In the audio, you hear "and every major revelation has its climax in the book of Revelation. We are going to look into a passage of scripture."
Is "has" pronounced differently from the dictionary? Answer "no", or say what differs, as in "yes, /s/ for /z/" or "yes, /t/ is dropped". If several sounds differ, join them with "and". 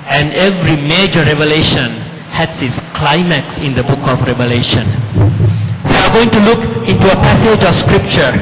yes, /s/ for /z/